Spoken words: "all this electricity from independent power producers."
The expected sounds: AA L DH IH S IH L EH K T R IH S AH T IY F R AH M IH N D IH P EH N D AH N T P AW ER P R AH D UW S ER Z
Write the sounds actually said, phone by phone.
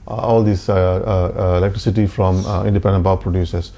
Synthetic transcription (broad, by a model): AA L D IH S IH L EH K T R IH S AH T IY F R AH M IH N D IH P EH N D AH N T B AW P R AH D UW S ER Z